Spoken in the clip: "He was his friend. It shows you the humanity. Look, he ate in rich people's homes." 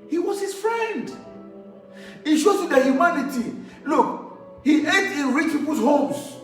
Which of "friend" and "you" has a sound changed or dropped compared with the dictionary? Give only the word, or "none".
none